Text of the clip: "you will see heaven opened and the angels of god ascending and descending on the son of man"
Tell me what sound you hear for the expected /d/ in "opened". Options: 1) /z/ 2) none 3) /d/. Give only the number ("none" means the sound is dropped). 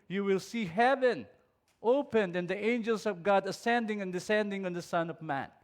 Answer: 3